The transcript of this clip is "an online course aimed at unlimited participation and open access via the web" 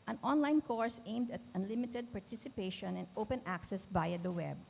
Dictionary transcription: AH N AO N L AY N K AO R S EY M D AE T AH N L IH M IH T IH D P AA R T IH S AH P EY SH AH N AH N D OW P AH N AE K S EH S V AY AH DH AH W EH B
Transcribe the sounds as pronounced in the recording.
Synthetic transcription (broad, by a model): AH N AO N L AY N K AO R S EY M D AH T AH N L IH M IH T IH D P AA R T IH S AH P EY SH AH N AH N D OW P AH N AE K S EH S B AY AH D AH W EH B